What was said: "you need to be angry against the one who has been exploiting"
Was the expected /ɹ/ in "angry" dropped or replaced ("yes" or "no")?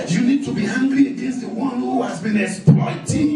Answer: yes